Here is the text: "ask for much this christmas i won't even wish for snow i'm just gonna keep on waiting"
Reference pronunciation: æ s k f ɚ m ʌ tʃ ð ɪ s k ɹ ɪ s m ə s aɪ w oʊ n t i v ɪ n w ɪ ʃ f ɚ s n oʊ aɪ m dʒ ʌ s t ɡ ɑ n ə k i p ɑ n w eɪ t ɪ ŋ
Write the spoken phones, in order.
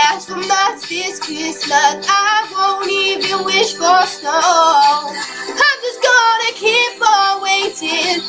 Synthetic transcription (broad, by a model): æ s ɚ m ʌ s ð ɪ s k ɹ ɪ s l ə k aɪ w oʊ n i v ɪ n w ɪ ʃ f ɚ s n oʊ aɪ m dʒ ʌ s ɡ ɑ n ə k i p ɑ w eɪ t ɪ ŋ